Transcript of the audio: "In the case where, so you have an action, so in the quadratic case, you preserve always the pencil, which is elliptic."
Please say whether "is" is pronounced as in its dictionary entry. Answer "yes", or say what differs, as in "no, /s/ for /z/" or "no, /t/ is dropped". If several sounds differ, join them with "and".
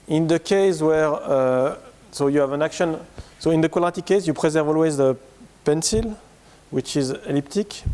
yes